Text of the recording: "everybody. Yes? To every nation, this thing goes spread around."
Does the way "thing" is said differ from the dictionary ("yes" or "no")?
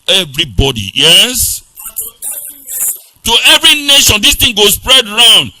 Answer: yes